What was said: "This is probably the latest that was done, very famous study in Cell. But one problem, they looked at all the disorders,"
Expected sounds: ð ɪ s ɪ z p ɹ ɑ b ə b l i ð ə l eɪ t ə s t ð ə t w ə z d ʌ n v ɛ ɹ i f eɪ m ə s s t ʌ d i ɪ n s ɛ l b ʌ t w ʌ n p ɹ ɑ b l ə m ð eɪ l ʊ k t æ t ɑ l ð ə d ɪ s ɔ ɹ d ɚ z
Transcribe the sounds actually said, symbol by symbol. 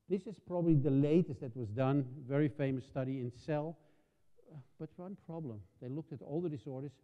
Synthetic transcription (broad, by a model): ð ɪ s ɪ z p ɹ ɑ b ə b l i ð ə l eɪ t ə s t ð ə t w ə z d ʌ n v ɛ ɹ i f eɪ m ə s s t ʌ d i ɪ n s ɛ l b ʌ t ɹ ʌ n p ɹ ɑ b l ə m ð eɪ l ʊ k t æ t ɑ l ð ə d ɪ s ɔ ɹ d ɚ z